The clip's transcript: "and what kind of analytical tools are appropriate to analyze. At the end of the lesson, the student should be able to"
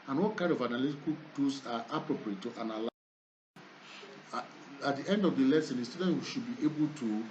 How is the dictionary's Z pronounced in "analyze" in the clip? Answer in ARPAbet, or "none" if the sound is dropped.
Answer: none